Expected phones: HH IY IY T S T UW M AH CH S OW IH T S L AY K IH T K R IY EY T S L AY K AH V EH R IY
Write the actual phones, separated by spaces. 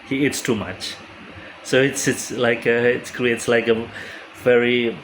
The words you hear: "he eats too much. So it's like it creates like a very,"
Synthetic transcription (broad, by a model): HH IY IY T S T UW M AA CH S OW IH T S L AY K IH T K R IY EY T S L AY K AH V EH R IY